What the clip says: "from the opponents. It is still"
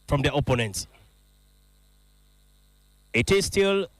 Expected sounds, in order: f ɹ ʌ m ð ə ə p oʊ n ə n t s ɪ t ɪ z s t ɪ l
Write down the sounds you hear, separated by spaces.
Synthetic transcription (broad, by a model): f ɹ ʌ m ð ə ə p oʊ n ə n t s ɪ t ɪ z s t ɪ l